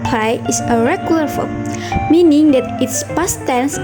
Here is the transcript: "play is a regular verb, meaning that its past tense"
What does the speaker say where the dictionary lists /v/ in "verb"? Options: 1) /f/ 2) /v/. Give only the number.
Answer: 1